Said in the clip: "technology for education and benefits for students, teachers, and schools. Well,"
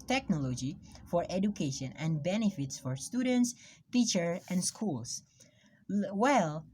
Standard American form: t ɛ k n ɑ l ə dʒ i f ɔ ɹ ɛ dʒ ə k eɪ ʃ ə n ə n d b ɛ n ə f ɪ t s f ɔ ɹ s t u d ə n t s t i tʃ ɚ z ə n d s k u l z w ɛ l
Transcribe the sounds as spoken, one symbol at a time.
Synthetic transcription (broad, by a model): t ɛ k n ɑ l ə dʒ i f ɔ ɹ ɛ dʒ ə k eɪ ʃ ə n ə n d b ɛ n ə f ɪ t s f ɔ ɹ s t u d ə n t s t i tʃ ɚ ə n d s k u l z w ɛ l